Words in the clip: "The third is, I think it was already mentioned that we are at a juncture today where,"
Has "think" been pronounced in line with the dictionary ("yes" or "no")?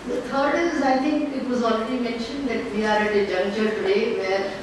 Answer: no